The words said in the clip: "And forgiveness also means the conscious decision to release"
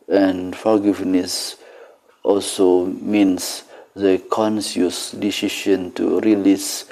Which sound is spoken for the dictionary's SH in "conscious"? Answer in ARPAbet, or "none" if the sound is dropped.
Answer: S